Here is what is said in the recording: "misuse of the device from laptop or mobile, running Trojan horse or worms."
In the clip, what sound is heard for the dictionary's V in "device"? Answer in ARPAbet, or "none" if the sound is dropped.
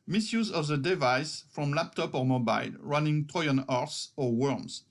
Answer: V